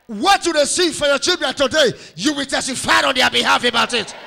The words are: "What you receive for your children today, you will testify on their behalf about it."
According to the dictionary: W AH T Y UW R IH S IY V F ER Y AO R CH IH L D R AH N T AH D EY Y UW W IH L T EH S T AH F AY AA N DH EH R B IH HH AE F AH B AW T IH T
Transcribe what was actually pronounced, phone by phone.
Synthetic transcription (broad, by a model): W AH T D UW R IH S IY F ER Y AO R CH IH L D R AH N T AH D EY Y UW W IH L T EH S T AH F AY AA N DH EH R B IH HH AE F AH B AW T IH T